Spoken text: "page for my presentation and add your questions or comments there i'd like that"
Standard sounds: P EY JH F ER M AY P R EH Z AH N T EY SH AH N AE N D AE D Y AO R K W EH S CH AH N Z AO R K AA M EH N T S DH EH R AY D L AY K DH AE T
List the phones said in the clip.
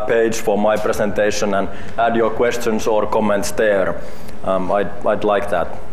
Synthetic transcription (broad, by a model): P EY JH F ER M AY P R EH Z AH N T EY SH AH N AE N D AE D Y AO R K W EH S CH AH N S AO R K AA M EH N T S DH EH R AY D L AY K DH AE T